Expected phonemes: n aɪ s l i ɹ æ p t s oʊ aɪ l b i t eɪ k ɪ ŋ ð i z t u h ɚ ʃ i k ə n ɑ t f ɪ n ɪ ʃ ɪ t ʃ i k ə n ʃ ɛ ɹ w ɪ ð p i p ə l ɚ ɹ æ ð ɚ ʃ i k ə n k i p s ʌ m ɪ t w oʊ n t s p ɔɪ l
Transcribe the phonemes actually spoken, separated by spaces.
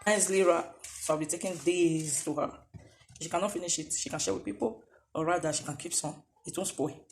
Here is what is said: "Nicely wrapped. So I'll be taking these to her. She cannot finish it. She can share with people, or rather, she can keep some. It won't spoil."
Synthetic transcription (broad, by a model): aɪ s l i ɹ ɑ s oʊ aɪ w b i t eɪ k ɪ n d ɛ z t u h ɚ ʃ i k ə n ɑ t f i n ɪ ʃ ɪ t ʃ i k ə n ʃ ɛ w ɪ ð p i p ə l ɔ ɹ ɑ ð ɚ ʃ i k ə n k i p s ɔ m ɪ t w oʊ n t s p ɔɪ